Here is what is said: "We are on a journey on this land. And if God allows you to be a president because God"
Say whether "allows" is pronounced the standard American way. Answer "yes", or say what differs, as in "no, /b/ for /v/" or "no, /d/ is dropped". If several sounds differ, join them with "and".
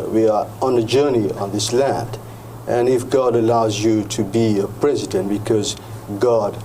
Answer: yes